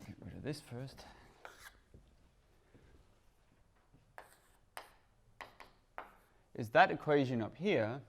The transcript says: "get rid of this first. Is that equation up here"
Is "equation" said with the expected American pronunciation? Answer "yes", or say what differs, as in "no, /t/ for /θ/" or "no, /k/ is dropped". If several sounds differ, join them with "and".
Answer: yes